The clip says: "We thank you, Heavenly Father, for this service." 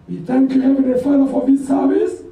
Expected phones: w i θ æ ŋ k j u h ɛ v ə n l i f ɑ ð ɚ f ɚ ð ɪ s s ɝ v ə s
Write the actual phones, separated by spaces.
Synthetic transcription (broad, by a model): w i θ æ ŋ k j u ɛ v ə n i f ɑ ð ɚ f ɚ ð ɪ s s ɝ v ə s